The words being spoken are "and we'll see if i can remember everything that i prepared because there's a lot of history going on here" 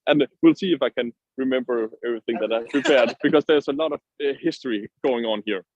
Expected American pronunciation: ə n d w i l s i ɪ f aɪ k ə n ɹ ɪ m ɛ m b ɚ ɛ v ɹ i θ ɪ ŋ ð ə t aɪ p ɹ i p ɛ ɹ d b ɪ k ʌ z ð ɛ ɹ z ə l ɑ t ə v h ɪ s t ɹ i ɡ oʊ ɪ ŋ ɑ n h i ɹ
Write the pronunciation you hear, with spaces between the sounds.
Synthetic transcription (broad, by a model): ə n w i l s i ɪ f aɪ k ə n ɹ ɪ m ɛ m b ɚ ɛ v ɹ i θ ɪ ŋ ð ə t aɪ p ɹ i p ɛ ɹ d b ɪ k ʌ z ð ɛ ɹ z ə l ɑ t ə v h ɪ s t ɹ i ɡ oʊ ɪ ŋ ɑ n h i ɹ